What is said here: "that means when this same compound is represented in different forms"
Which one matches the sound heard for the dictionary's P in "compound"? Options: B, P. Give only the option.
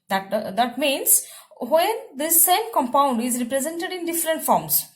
P